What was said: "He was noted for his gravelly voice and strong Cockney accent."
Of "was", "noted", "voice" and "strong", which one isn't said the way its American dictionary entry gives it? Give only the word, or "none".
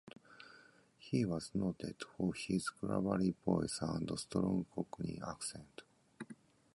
voice